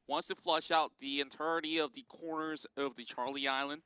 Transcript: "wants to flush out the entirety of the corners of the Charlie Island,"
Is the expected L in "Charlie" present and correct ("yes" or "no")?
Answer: yes